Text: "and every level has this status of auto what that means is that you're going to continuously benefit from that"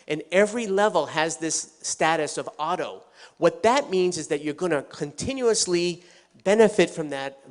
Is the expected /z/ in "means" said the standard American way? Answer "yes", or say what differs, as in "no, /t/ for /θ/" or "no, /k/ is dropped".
yes